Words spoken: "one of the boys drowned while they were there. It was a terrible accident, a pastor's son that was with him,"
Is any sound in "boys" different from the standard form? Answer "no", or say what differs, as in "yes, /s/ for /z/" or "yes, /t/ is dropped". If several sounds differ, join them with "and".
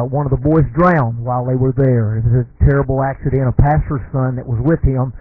no